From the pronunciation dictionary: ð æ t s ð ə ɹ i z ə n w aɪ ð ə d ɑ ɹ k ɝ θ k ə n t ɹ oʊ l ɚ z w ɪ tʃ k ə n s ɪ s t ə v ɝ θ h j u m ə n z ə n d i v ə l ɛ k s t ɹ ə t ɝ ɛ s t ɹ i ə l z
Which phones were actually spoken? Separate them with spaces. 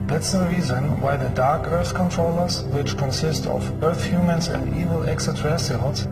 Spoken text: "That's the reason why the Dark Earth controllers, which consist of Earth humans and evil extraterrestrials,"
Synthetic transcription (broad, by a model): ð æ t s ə ɹ i z ə n w aɪ ð ə d ɑ ɹ k ɝ θ k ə n t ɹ oʊ l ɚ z w ɪ tʃ k ə n s ɪ s t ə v ɝ θ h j u m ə n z ə n d i v ə l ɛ k s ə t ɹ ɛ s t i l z